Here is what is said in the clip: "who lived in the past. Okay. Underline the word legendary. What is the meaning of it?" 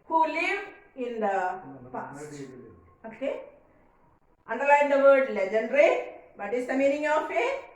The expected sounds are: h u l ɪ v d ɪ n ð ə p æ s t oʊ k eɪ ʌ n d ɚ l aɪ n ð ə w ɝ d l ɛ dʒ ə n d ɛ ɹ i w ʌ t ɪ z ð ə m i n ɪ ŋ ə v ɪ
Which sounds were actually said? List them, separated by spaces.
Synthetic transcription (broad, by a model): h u l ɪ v ɪ n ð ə p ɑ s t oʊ k eɪ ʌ n d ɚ l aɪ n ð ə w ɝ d l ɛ dʒ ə n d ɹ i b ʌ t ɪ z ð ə m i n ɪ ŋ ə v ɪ